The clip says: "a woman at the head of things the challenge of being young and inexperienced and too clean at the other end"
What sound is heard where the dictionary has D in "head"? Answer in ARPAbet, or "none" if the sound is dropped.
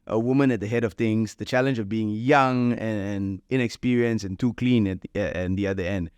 D